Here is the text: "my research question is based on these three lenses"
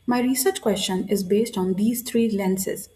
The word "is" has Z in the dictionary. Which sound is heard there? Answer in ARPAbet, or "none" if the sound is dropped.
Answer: Z